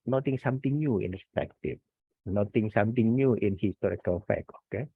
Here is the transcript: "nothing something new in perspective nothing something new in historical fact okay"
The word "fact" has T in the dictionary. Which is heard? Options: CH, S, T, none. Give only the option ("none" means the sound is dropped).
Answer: none